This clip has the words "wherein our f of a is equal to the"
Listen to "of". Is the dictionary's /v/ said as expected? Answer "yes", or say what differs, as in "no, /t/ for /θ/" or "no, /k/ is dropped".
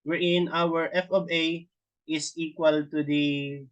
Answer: no, /b/ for /v/